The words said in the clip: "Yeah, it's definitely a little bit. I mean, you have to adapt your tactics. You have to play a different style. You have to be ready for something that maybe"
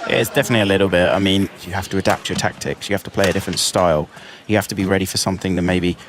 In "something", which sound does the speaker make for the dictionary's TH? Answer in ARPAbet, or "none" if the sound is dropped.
TH